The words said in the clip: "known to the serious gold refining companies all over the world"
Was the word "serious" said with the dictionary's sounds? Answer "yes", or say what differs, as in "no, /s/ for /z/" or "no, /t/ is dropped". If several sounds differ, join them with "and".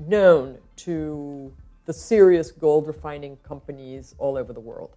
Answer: yes